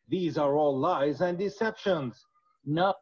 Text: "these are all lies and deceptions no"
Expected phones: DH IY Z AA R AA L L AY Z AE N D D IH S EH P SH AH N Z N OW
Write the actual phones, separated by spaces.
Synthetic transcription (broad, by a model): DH IY Z AA R AA L L AY Z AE N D D IH S EH P SH AH N Z N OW